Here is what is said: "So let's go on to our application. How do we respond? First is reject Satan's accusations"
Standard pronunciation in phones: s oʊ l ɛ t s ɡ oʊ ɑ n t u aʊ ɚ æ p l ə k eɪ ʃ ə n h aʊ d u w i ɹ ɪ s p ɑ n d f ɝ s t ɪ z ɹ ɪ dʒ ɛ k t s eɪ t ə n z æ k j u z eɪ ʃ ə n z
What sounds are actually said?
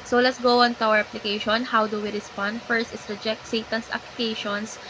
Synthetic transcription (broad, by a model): s oʊ l ɛ t s ɡ oʊ ɑ n t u aʊ ɚ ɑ p l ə k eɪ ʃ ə n h aʊ d u w i ɹ ɪ s p ɑ n d f ɝ s t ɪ s ɹ ɪ dʒ ɛ k t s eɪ t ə n s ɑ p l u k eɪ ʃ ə n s